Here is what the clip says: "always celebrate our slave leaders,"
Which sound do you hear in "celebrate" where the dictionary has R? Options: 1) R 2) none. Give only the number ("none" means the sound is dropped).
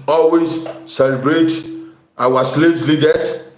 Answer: 1